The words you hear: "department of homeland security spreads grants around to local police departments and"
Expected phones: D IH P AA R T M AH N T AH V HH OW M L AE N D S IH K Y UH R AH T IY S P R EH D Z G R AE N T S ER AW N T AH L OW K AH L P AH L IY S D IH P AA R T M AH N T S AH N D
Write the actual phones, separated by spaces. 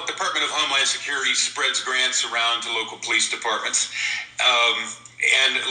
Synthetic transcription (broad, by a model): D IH P AA R T M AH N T AH V HH OW M L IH N S IH K Y UH R AH T IY S P R EH D Z G R AE N T S ER AW N T AH L OW K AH L P AH L IY S D IH P AA R T M AH N T S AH N